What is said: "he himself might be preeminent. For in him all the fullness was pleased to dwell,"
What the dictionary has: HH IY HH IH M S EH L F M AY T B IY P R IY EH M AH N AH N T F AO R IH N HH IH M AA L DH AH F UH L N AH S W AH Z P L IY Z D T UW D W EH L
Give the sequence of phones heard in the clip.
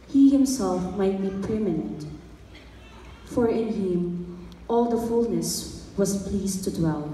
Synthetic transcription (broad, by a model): HH IY HH IH M S EH L F M AY T B IY P IY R M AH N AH N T F AO R IH N HH IH M AA L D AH F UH L N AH S W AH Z P L IY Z T UW D W EH L